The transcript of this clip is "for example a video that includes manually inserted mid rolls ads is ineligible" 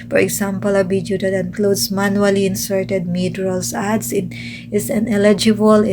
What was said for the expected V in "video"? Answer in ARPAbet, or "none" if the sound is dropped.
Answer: B